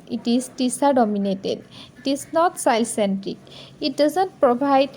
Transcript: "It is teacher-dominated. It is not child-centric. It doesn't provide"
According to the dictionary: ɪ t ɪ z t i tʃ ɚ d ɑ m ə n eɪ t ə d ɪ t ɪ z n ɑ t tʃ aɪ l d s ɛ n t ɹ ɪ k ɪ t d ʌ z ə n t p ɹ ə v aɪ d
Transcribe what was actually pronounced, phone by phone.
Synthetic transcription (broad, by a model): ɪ t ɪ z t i s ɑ d ɑ m ə n eɪ t ə d ɪ t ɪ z n ɑ t s aɪ l s ɛ n t ɹ ɪ k ɪ t d ʌ z ə n t p ɹ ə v aɪ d